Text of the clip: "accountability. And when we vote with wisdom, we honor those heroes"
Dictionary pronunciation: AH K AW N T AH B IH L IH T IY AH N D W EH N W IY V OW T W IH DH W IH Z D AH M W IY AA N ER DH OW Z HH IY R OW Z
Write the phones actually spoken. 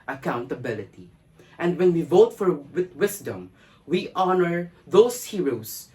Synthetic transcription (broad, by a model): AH K AW N T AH B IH L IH T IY AH N D W EH N W IY V OW T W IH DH W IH S D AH M W IY AA N ER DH OW S HH IY R OW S